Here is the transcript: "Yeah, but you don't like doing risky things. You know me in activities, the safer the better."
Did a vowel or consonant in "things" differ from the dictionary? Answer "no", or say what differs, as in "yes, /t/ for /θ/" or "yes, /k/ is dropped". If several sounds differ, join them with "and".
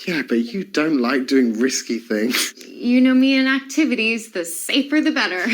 no